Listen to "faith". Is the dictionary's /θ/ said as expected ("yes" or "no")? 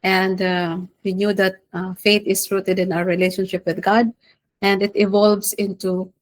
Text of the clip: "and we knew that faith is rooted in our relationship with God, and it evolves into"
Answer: no